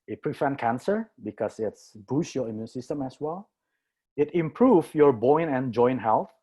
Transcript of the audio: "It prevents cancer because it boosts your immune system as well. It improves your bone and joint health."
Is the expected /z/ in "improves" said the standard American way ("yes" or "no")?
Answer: no